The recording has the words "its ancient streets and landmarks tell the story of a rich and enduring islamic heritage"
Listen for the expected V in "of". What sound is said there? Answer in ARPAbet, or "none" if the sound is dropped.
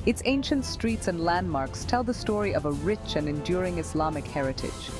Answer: V